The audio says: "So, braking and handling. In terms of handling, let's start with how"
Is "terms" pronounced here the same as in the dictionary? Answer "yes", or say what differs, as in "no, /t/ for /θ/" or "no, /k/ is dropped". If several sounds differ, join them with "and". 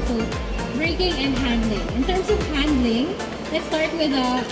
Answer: no, /s/ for /z/